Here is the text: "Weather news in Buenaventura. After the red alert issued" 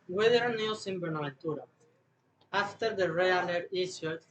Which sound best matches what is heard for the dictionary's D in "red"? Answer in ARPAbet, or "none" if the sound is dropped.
none